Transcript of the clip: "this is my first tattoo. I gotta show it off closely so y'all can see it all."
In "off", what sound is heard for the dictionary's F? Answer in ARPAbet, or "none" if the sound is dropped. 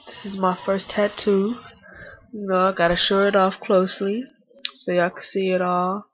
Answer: F